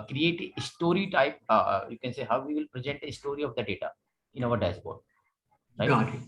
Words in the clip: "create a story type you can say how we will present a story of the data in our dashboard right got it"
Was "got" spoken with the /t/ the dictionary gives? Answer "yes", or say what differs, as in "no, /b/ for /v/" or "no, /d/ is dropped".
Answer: no, /t/ is dropped